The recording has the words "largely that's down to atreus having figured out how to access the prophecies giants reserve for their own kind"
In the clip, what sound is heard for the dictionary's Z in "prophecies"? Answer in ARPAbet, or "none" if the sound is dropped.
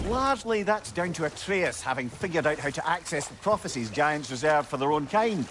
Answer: Z